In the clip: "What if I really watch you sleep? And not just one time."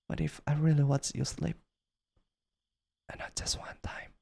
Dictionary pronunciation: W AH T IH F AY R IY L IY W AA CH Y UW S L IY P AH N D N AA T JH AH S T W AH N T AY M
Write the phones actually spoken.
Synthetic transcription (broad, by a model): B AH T IH F AY R IY L IY W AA S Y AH S L IY P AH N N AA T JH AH S T W AH N T AY M